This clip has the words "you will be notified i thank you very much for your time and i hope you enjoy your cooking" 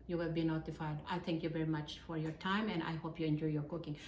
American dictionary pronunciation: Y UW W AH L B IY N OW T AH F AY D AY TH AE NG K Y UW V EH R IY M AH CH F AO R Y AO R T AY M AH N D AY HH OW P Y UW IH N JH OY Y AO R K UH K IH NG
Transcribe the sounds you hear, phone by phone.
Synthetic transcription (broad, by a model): Y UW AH B IY N OW T AH F AY D AY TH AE NG K Y UW V EH R IY M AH CH F AO R Y AO R T AY M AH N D AY HH OW P Y UW IH N JH OY Y AO R K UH K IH NG